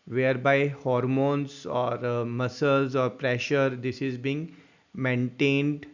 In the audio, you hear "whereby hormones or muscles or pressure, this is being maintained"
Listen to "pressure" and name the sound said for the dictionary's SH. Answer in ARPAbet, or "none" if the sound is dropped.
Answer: SH